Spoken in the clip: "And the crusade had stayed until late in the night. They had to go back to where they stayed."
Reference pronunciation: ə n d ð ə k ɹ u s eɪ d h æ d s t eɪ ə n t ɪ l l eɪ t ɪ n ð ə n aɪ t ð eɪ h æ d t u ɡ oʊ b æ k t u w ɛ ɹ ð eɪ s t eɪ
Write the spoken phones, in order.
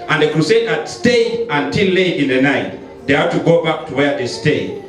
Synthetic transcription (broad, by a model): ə n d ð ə k ɹ u s eɪ d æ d s t eɪ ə n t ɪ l l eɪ ɪ n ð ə n aɪ t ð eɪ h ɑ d t u ɡ oʊ b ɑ k t u w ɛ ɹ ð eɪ s t eɪ